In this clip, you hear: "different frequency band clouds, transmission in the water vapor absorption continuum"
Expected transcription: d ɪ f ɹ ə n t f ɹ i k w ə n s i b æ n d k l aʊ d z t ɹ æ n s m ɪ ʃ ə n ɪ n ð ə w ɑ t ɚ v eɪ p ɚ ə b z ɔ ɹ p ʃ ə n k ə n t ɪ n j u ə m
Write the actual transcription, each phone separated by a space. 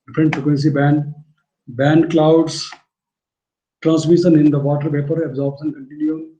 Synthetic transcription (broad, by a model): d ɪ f ɹ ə n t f ɹ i k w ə n s i b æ n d k l aʊ d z t ɹ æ n s m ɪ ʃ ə n ɪ n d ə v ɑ t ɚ p eɪ p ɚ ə b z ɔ ɹ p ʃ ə n k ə n t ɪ n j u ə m